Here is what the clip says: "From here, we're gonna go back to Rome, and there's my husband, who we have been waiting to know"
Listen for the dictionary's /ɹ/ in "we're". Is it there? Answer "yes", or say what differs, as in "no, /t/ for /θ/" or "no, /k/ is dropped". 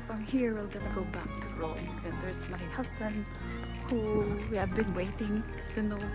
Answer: no, /l/ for /ɹ/